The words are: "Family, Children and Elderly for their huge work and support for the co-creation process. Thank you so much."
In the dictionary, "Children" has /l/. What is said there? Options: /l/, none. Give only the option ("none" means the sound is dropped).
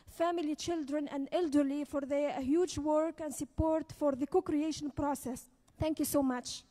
/l/